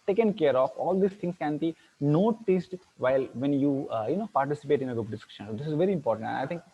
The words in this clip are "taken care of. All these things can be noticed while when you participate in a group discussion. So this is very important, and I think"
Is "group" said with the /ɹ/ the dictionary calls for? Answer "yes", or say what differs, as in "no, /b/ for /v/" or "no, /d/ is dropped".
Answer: no, /ɹ/ is dropped